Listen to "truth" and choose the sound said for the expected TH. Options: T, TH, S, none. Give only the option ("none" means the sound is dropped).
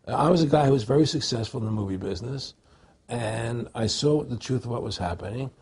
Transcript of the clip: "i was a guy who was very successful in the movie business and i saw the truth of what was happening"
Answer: TH